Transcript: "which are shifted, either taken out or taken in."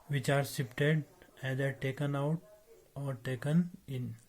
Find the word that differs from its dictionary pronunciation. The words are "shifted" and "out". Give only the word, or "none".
shifted